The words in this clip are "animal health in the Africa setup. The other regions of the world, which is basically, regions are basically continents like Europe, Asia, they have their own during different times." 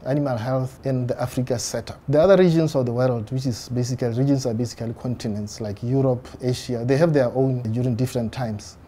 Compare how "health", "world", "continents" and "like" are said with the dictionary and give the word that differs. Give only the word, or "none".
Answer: none